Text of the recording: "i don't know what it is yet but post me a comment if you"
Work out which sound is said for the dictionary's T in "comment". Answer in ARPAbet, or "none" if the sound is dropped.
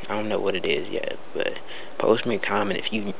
none